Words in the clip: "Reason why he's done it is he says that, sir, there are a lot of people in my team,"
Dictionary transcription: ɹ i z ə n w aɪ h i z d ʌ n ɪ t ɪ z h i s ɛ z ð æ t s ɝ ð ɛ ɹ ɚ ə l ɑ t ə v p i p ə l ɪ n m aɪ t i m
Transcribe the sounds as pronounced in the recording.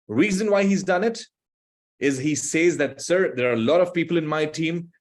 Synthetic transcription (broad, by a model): ɹ i z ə n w aɪ h i z d ʌ n ɪ t ɪ z h i s ɛ z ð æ t s ɝ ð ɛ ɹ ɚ ə l ɑ t ə v p i p ə l ɪ n m aɪ t i m